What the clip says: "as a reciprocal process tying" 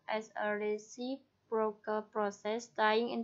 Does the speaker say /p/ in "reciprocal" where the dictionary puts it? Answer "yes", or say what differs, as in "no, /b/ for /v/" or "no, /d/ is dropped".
no, /b/ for /p/